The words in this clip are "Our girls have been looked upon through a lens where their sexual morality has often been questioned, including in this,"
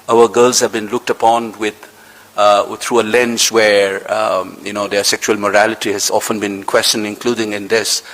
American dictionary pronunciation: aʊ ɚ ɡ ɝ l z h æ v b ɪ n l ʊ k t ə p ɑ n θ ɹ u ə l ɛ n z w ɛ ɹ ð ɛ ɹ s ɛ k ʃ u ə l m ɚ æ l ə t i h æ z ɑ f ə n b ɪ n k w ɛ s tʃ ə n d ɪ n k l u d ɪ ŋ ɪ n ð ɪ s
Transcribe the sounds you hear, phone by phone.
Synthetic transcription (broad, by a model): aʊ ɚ ɡ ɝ l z h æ v b ɪ n l ʊ k t ə p ɑ n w ɹ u ə l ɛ n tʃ w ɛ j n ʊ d s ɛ k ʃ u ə l m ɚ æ l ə t i h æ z ɑ f ə n b ɪ n k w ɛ s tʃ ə n ɪ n k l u d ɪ ŋ ɪ n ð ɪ s